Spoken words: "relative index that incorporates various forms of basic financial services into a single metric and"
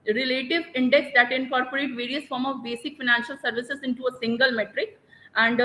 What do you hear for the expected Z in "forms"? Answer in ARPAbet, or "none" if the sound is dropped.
none